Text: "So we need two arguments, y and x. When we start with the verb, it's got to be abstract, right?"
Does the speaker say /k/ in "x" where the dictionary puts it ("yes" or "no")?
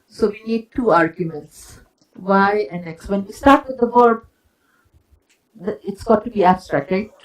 yes